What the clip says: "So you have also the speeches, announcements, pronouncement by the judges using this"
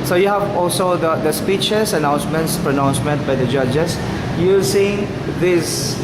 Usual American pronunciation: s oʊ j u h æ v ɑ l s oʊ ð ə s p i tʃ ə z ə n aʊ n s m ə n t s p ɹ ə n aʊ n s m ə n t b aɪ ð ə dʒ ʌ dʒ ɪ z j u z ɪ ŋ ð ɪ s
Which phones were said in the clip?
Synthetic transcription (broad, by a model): s oʊ j u h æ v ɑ l s oʊ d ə s p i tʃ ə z ə n aʊ n s m ə n t s p ɹ ə n aʊ n s m ə n t b aɪ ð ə dʒ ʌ dʒ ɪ s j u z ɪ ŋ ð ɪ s